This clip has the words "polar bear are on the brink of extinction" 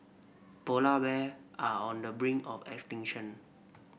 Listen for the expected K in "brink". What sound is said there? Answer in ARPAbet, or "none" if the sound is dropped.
none